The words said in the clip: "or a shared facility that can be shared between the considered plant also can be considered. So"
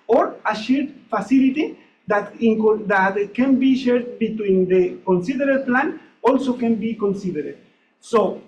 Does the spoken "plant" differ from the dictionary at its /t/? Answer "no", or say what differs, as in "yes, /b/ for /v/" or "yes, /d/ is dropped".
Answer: yes, /t/ is dropped